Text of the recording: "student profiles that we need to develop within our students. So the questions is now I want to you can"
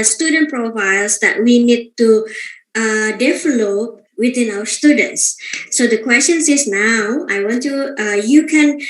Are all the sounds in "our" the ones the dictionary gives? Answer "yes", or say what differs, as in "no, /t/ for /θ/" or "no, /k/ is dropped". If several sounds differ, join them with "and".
no, /w/ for /ɹ/